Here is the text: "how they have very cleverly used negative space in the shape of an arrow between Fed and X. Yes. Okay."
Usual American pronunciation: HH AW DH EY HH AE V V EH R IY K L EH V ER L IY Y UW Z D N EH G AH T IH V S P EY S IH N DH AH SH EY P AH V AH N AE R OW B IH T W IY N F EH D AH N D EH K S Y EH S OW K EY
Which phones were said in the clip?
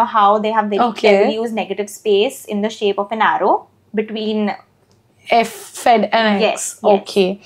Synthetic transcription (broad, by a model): HH AW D EY HH AE V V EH IY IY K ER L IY Y UW Z D N EH G AH T IH V S P EY S IH N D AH SH EY P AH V AH N AE R OW B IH T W IY N F EH D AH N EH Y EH S OW K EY